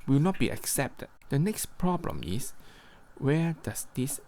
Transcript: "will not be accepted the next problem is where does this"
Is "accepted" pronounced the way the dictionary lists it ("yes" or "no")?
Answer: yes